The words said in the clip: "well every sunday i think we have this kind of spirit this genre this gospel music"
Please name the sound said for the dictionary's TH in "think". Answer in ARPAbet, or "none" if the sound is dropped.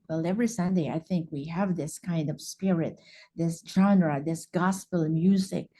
TH